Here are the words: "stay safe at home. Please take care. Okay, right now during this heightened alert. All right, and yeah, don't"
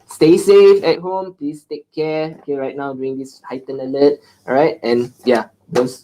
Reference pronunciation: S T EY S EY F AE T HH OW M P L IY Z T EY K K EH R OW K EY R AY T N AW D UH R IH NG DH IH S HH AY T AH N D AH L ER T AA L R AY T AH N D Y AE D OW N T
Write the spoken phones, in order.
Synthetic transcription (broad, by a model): S T EY S EY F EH T HH OW M P L IY S T EY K K EH OW K EY R AY T N AW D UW IH NG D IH S HH AY T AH N AH L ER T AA R AY T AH N Y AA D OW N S